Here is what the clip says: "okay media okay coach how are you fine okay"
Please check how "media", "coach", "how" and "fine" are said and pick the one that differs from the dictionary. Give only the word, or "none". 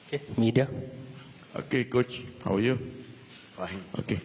fine